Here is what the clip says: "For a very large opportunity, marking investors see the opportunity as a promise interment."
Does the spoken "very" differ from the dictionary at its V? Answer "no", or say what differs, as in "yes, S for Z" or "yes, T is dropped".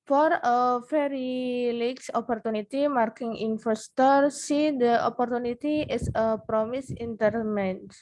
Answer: yes, F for V